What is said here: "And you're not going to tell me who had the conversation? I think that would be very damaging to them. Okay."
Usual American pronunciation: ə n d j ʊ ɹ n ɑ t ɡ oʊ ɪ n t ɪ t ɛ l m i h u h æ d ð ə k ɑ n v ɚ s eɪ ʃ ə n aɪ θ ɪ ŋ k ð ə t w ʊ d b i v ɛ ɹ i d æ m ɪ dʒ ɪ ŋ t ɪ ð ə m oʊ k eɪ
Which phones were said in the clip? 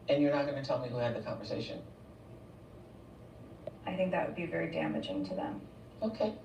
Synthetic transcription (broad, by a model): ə n j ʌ ɹ n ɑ t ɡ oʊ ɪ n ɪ t ɛ l m i h u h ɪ d ð ə k ɑ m v ɚ s eɪ ʃ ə n aɪ θ ɪ ŋ k ð ə t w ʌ d b i v ɛ ɹ i d æ m ɪ dʒ ɪ ŋ t ɪ ð ə m oʊ k eɪ